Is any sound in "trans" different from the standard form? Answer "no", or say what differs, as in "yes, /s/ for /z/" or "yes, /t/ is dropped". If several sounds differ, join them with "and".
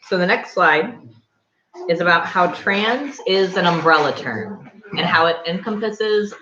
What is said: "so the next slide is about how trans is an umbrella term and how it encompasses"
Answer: no